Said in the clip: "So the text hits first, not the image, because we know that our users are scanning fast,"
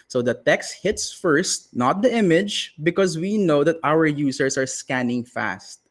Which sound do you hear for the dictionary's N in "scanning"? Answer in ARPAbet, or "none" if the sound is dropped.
N